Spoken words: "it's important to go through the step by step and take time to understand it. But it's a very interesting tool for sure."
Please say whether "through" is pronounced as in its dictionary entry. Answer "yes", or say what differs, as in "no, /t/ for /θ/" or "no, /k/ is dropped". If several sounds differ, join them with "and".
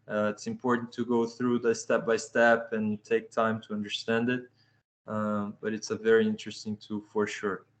yes